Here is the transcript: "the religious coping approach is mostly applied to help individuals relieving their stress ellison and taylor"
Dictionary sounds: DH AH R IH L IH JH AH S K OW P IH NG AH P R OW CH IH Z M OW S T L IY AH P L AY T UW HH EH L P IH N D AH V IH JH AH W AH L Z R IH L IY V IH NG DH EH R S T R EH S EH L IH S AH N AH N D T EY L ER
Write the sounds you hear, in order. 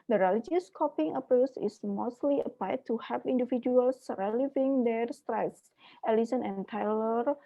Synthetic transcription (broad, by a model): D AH R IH L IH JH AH S K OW P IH NG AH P OW S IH S M OW S T L IY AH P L AY T UW HH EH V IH N D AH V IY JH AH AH L S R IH L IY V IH NG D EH R S T R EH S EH L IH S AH N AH N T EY L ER